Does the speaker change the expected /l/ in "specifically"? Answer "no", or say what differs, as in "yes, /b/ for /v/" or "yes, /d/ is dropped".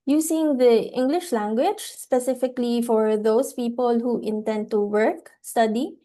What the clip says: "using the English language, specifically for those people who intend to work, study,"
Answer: no